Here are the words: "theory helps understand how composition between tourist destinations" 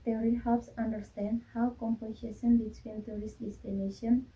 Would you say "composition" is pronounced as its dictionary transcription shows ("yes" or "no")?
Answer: no